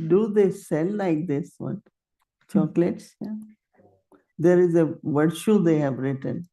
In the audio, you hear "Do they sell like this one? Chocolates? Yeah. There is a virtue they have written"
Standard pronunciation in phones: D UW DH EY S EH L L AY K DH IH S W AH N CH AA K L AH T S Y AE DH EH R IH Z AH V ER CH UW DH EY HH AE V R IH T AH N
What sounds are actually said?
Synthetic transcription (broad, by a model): D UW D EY S EH L L AY K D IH S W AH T CH AA K L AH T S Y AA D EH R IH Z AH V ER SH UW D EY HH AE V R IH T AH N